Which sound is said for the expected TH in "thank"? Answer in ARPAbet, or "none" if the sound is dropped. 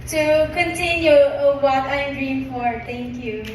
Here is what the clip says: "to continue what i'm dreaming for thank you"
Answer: T